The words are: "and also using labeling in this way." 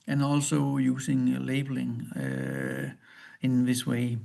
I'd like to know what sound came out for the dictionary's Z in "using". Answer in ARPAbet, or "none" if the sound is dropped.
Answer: S